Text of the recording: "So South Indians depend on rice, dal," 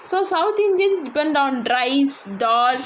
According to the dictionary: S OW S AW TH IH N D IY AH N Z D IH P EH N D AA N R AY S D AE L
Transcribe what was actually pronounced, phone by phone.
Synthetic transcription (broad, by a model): S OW S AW T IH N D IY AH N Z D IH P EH N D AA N R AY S D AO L